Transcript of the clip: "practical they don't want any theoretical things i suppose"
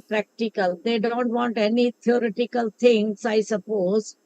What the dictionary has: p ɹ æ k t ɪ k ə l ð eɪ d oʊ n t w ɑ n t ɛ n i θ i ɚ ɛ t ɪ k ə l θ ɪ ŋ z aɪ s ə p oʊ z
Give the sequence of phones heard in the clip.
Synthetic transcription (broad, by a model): p ɹ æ k t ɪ k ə l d eɪ d oʊ n t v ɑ n t ɛ n i t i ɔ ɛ t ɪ k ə l t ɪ ŋ s aɪ s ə p oʊ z